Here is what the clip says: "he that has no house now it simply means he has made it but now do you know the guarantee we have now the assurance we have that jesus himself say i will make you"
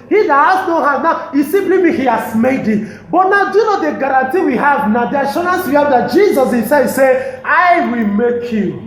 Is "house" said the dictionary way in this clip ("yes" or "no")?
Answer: no